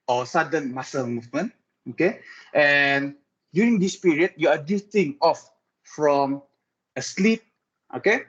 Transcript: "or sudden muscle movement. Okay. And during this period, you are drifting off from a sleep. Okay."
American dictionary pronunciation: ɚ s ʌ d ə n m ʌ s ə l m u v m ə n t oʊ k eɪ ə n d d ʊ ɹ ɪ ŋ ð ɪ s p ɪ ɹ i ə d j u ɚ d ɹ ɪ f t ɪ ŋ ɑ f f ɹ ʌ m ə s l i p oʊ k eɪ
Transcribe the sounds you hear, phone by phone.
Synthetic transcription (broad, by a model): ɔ s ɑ d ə n m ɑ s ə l m u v m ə n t oʊ k eɪ ə n d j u ɹ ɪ ŋ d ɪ s p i ɹ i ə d j u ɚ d ɪ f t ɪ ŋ ɑ f f ɹ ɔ m ə s l i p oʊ k eɪ